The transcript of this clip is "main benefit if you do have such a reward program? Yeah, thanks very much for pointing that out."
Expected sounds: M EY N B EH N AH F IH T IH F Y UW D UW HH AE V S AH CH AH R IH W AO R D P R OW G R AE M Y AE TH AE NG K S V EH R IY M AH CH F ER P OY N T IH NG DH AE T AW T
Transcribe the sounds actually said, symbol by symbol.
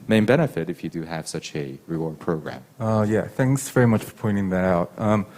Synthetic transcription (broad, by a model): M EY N B EH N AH F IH T IH F Y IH D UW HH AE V S AH CH AH R IH W AO R D P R OW G R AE M Y AE TH AE NG K S V EH R IY M AH CH F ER P OY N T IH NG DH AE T AW T